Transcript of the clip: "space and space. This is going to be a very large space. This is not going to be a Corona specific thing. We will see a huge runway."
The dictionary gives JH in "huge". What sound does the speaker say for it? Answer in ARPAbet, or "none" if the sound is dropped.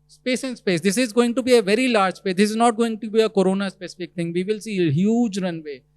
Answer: JH